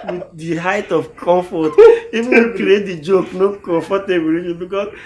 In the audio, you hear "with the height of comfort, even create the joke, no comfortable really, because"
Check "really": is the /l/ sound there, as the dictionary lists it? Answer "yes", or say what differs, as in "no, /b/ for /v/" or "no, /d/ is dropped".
no, /l/ is dropped